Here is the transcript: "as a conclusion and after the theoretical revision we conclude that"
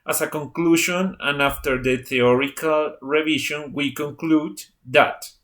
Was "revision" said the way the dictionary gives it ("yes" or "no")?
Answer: no